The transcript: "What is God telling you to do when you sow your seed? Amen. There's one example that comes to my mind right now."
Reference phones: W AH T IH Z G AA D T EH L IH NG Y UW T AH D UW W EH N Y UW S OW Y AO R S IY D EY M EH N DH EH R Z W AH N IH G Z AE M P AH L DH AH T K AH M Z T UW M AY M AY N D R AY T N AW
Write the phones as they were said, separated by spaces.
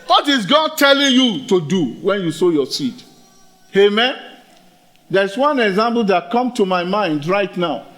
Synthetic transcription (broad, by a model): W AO T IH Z G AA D T EH L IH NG Y UW T AH D UW W EH N Y UW S OW Y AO S IY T EY M EH N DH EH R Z W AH N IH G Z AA M P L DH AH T K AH M T UW M AY M AY N D R AY T N AW